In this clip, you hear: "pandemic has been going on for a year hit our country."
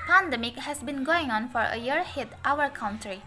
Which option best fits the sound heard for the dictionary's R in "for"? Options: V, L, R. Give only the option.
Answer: R